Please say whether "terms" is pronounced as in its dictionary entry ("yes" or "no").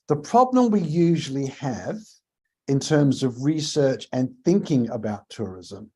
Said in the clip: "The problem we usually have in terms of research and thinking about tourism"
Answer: yes